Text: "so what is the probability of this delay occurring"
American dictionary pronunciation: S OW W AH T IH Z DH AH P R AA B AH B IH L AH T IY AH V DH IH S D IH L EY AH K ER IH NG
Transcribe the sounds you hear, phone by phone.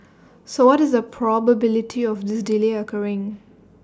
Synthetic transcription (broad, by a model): S OW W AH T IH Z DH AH P R AA B AH B IH L AH T IY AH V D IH S D IH L EY AH K ER IH NG